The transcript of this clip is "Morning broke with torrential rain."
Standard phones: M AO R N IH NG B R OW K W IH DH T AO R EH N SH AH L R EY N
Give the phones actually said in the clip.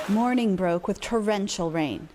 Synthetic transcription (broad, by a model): M AO R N IH NG B R OW K W IH DH T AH R EH N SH L R EY N